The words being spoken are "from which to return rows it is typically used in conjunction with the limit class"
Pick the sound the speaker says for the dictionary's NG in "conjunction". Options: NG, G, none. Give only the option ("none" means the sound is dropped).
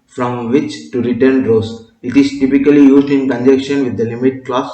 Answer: none